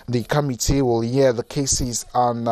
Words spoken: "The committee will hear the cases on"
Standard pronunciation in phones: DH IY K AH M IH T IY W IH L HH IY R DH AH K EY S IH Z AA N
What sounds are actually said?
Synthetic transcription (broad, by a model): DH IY K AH M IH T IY W IH L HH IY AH DH AH K EY S IH Z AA N